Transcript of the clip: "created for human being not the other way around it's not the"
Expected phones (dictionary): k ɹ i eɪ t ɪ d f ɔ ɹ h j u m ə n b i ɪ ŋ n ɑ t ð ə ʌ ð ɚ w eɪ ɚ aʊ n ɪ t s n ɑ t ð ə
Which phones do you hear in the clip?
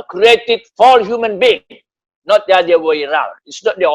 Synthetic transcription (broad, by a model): k ɹ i eɪ t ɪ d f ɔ l h j u m ə n b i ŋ n ɑ t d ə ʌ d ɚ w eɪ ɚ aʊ l ɪ t s n ɑ t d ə